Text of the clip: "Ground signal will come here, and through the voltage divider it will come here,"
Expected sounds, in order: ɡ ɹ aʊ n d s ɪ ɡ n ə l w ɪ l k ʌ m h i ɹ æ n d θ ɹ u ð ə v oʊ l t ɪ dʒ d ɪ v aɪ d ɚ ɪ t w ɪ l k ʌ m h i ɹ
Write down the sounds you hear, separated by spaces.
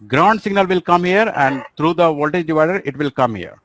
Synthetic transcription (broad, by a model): ɡ ɹ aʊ n d s ɪ ɡ n ə l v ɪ l k ʌ m h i ɹ æ n d t ɹ u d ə v oʊ l t ɪ dʒ d ɪ v aɪ d ɚ ɪ t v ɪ l k ʌ m h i ɹ